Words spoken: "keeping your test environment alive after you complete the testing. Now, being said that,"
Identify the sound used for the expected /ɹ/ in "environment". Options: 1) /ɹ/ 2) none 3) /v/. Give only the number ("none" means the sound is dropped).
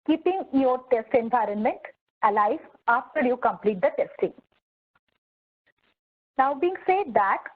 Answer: 1